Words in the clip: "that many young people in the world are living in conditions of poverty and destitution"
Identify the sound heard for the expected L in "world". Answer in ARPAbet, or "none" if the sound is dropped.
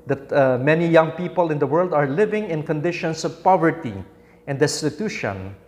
L